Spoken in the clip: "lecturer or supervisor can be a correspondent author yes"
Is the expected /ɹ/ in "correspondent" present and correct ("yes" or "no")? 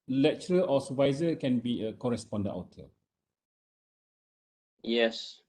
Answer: yes